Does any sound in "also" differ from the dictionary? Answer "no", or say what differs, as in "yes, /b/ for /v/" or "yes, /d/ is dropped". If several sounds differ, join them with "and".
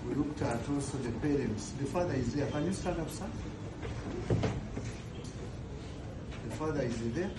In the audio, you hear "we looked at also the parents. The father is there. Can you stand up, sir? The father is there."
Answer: yes, /l/ is dropped